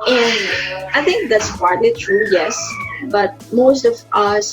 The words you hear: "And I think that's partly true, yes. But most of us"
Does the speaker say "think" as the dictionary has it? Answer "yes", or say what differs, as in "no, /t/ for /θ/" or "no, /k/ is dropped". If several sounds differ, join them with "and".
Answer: no, /t/ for /θ/